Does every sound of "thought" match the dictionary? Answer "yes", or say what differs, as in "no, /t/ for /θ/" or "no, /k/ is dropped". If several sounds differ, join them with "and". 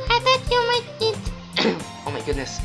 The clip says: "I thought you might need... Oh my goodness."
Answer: no, /t/ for /θ/